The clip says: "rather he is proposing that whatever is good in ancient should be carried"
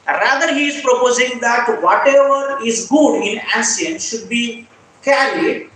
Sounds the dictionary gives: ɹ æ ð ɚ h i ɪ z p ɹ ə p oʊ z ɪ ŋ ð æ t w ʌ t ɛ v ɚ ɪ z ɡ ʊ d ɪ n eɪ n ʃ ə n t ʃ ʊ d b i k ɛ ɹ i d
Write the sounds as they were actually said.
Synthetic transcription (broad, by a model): ɹ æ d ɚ h i ɪ z p ɹ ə p oʊ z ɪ ŋ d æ t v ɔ t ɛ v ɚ ɪ z ɡ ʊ d ɪ n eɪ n s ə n ʃ ʊ d b i k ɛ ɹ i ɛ